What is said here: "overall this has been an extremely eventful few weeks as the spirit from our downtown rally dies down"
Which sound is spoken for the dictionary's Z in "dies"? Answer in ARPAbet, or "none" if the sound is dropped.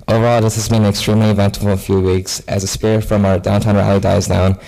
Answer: Z